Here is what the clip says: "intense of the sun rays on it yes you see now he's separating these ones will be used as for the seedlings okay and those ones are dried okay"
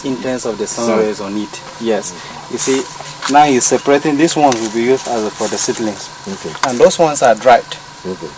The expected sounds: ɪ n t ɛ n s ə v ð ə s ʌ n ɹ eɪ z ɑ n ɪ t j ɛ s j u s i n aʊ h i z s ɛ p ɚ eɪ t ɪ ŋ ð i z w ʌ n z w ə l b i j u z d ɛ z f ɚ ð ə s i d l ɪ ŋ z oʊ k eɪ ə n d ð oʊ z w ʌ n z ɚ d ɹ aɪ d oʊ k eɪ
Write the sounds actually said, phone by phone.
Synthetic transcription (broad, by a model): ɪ n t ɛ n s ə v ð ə s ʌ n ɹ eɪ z ɑ n ɪ t j ɛ s j u s i n aʊ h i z s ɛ p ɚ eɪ t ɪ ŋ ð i s w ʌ n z w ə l b i j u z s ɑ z f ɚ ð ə s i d l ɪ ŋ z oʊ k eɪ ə n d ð oʊ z w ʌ n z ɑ d ɹ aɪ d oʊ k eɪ